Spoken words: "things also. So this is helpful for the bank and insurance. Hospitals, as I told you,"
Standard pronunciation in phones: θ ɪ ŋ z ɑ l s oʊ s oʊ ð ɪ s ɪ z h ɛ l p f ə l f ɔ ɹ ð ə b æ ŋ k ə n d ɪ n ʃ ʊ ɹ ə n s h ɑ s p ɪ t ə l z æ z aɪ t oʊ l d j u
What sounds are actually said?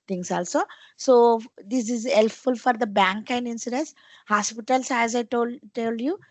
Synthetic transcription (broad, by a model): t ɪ ŋ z ɑ l s oʊ s oʊ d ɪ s ɪ z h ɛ l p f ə l f ɔ ɹ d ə b æ ŋ k ə n d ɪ n s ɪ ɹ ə n s h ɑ s p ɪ t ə l s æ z aɪ t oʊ l d j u